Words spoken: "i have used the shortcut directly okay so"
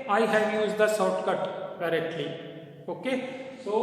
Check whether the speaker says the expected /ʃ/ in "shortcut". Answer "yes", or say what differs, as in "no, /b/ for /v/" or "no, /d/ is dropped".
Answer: no, /s/ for /ʃ/